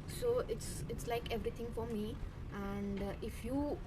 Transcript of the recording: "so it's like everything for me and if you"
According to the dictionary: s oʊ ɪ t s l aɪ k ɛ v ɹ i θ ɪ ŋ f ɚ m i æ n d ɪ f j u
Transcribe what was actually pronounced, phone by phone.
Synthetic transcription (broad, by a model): s oʊ ɪ t s l aɪ k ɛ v ɹ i t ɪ ŋ f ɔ m i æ n d ɪ f j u